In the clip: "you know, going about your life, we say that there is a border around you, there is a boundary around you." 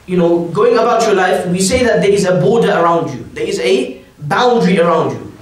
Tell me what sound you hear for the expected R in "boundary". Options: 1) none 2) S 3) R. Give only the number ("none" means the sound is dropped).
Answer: 3